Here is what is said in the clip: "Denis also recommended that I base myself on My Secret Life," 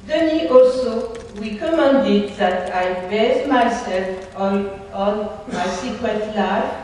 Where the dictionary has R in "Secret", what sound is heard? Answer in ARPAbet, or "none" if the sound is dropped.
none